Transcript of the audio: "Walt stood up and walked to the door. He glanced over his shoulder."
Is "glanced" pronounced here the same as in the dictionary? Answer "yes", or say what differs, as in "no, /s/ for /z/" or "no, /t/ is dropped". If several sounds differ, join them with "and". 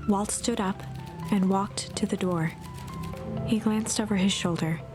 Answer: yes